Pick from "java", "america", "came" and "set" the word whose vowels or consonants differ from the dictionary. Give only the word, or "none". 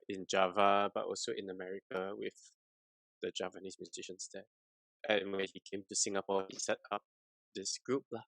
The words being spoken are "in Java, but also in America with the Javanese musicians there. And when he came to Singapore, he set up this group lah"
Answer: none